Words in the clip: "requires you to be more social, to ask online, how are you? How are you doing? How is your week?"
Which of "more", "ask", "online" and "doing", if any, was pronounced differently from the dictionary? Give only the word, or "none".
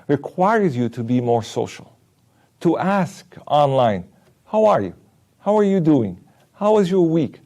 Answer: none